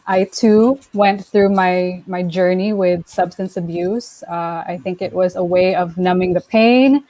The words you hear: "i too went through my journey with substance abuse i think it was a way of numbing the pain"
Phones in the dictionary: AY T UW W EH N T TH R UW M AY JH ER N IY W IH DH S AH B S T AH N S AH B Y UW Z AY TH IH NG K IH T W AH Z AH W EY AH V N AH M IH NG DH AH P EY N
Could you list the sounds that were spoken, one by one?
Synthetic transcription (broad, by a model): AY T UW W EH N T TH R UW M AY JH ER N IY W IH DH S AH B S T AH N S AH B Y UW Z AY TH IH NG K IH T W AH Z AH W EY AH V N AH M IH NG DH AH P EY N